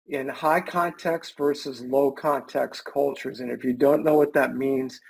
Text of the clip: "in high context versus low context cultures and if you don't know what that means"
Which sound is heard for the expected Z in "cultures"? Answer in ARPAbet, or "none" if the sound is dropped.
Z